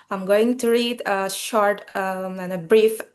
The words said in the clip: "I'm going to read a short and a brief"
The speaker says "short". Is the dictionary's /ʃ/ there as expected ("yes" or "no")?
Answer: yes